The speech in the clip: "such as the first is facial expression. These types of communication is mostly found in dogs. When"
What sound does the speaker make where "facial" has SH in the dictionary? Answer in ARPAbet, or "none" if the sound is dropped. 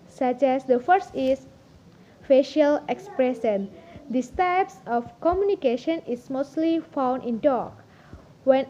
SH